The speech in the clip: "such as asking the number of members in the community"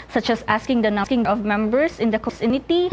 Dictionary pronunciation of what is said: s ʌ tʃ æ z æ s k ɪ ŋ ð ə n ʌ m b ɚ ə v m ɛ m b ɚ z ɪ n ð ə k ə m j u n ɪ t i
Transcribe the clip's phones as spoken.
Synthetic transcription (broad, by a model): s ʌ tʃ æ s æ s k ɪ ŋ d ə n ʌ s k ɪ ə v m ɛ m b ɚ s ɪ n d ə k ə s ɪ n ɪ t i